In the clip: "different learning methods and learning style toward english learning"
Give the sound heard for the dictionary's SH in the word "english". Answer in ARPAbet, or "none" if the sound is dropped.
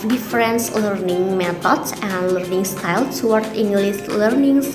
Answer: S